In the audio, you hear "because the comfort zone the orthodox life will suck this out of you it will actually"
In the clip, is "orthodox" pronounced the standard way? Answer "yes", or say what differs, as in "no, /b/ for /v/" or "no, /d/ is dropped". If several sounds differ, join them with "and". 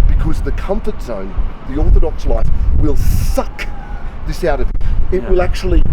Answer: yes